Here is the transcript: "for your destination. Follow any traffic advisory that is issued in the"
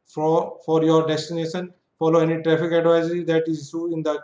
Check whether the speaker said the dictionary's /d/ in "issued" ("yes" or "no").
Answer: no